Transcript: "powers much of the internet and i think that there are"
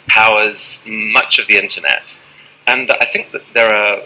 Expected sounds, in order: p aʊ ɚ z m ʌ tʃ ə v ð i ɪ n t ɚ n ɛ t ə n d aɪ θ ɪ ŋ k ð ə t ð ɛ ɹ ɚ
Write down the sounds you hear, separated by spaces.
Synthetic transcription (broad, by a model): p aʊ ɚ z m ʌ tʃ ə v ð i ɪ n t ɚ n ɛ t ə n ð aɪ θ ɪ ŋ k ð ə t ð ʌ ɹ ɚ